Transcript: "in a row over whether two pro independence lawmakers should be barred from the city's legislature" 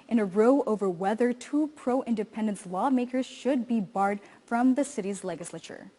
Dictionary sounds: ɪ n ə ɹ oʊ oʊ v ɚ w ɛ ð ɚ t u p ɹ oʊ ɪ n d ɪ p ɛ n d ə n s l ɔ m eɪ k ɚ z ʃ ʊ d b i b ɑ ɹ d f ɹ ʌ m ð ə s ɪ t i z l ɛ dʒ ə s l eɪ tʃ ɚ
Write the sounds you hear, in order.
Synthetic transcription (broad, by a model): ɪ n ə ɹ oʊ oʊ v ɚ w ɛ ð ɚ t u p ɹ oʊ ɪ n d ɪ p ɛ n d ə n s l ɔ m eɪ k ɚ z ʃ ʊ d b i b ɑ ɹ d f ɹ ʌ m ð ə s ɪ t i z l ɛ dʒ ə s l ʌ tʃ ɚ